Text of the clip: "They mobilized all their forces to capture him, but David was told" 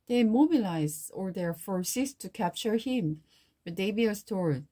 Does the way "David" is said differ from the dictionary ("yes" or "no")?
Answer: yes